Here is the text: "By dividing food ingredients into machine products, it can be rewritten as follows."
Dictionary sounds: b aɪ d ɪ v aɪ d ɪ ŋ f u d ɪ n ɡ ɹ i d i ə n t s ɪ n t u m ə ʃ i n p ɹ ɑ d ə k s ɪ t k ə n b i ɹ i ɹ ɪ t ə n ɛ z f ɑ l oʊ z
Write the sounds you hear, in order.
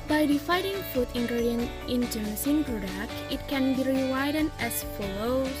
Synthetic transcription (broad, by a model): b aɪ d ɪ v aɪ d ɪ ŋ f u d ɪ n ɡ ɹ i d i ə n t ɪ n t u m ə s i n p ɹ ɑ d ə k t ɪ t k ə n b i ɹ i w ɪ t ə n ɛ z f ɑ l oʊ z